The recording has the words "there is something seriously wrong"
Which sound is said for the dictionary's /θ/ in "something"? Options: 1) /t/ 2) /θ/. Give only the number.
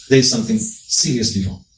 2